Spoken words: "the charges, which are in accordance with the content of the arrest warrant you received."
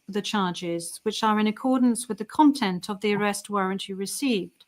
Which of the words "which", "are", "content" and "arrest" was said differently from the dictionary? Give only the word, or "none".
none